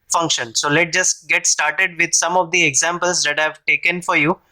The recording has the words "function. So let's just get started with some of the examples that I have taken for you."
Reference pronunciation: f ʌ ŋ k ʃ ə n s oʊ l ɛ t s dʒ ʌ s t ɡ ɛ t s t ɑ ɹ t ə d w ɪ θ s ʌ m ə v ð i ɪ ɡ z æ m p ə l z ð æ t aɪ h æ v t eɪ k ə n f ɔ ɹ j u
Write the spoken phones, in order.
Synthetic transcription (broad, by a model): f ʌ ŋ k ʃ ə n s oʊ l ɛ t dʒ ʌ s t ɡ ɛ t s t ɑ ɹ t ə d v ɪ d s ʌ m ə v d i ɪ ɡ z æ m p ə l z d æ t aɪ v t eɪ k ə n f ɔ ɹ j u